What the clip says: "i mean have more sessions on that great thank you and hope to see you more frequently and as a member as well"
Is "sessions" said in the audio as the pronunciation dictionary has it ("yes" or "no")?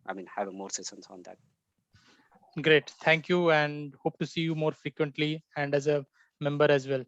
no